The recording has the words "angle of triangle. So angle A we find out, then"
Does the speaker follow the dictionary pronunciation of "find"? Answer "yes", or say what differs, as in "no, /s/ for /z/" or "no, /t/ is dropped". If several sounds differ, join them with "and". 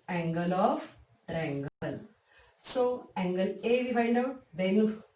yes